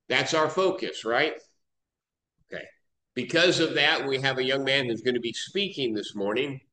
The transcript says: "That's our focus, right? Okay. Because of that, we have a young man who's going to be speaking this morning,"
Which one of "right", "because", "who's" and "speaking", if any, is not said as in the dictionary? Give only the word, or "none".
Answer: none